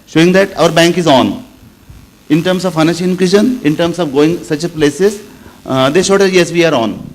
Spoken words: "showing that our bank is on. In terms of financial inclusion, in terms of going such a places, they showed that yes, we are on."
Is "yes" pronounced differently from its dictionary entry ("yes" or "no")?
no